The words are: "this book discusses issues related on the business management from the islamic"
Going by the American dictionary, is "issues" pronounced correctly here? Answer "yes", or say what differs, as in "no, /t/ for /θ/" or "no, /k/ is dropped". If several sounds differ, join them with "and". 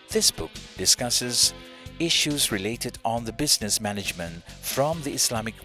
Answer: yes